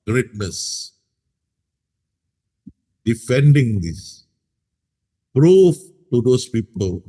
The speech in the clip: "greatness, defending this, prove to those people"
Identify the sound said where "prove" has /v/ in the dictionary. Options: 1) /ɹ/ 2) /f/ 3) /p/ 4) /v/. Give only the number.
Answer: 2